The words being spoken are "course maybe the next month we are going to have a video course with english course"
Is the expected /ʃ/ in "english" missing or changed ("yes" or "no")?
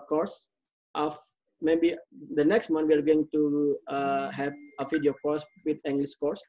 yes